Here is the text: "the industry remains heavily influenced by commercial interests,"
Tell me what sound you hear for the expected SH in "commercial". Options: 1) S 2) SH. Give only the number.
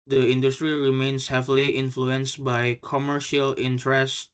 2